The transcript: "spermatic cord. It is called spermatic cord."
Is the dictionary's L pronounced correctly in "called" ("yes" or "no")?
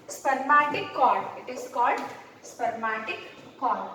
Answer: yes